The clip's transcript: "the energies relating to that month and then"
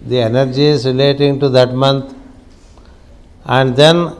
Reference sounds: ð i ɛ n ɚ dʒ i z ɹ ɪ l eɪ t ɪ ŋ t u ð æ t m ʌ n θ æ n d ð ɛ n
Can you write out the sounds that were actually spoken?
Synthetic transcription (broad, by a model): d i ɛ n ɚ dʒ i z ɹ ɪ l eɪ t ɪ ŋ t u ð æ t m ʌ n t æ n d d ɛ n